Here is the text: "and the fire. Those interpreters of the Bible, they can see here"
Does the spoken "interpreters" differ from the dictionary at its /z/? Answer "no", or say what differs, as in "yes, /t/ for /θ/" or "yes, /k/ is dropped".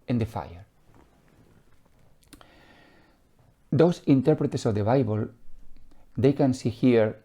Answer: yes, /s/ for /z/